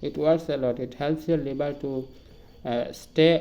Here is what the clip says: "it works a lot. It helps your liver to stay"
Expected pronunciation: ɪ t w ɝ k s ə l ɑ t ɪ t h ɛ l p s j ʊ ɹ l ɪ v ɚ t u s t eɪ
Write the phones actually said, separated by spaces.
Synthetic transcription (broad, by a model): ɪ t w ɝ s ə l ɑ t ɪ t h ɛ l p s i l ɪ b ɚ t u s t eɪ